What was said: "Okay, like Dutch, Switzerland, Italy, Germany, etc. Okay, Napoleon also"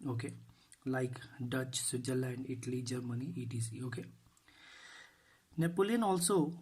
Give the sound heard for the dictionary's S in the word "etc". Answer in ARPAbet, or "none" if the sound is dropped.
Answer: none